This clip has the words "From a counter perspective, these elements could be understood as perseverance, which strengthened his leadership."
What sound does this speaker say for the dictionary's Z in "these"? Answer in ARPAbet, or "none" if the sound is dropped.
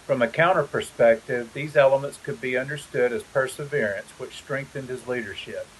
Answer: Z